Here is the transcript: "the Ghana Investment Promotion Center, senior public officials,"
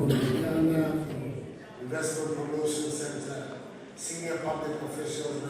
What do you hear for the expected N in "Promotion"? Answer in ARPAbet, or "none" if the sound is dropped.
L